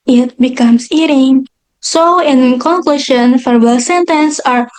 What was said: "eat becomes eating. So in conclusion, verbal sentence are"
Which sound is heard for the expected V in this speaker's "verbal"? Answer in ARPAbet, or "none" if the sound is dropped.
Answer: F